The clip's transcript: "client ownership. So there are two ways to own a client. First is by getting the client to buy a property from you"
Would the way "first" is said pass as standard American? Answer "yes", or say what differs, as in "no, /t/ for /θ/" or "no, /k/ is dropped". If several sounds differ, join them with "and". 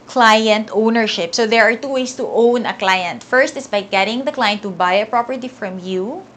yes